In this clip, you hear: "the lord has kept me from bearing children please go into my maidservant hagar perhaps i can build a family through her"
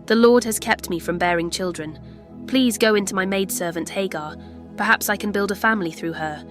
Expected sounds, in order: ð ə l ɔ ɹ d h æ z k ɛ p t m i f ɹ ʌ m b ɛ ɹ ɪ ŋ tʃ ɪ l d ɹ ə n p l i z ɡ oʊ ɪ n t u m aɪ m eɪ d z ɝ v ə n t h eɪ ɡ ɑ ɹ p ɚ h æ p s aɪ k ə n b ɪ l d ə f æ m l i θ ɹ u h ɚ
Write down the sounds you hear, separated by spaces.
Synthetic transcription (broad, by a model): ð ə l ɔ ɹ d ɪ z k ɛ p t m i f ɹ ʌ m b ɛ ɹ ɪ ŋ tʃ ɪ l d ɹ ə n p l i z ɡ oʊ ɪ n t u m aɪ m eɪ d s ɝ v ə n t h eɪ ɡ ɑ ɹ p ɚ h æ p s aɪ k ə n b ɪ l d ə f æ m l i θ ɹ u ɚ